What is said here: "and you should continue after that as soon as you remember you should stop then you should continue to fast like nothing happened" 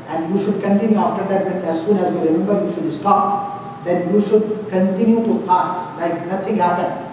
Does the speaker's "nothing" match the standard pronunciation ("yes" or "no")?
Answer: no